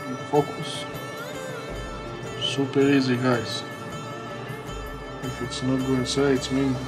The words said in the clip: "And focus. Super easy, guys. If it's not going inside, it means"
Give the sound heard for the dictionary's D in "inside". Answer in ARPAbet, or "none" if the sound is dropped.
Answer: none